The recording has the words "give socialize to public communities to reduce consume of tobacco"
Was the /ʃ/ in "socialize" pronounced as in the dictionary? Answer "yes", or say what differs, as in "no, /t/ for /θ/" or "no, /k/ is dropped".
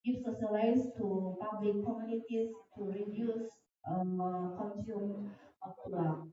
no, /s/ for /ʃ/